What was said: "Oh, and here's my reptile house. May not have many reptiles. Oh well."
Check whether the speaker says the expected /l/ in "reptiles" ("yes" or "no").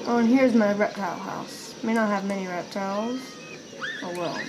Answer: yes